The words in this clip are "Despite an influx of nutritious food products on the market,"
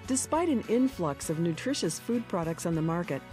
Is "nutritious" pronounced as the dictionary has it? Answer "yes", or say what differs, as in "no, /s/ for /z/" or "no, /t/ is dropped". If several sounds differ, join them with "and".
yes